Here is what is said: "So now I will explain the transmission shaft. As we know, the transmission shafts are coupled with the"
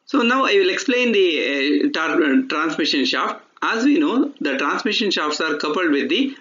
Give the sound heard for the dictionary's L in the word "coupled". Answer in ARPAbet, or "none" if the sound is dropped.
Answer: L